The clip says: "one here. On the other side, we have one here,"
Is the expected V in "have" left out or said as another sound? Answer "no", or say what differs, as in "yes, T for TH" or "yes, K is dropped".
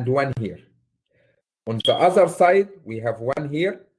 no